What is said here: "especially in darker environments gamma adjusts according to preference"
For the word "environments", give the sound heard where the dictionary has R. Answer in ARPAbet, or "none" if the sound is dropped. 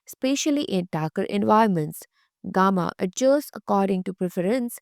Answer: none